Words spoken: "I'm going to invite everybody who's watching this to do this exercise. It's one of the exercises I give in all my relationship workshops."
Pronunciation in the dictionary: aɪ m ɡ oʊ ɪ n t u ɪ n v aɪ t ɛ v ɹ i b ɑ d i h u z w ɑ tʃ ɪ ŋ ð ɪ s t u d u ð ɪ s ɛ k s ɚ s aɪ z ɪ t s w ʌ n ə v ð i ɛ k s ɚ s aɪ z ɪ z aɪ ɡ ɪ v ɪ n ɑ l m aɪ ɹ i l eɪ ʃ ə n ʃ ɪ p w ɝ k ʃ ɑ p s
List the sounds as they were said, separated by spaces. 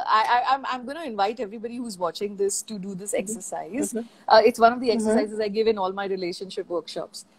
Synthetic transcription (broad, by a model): aɪ m ɡ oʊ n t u ɪ n v aɪ t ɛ v ɹ i b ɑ d i h u z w ɑ tʃ ɪ ŋ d ɪ s t u d u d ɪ s ɛ k s ɚ s aɪ z ɪ t s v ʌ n ə v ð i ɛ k s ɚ s aɪ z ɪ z aɪ ɡ ɪ v ɪ n ɑ l m aɪ ɹ i l eɪ ʃ ə n ʃ ɪ p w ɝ k ʃ ɑ p s